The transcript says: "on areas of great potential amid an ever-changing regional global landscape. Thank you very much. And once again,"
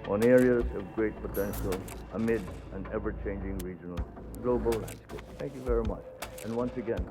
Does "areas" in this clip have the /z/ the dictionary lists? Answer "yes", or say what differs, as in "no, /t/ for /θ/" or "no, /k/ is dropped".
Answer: yes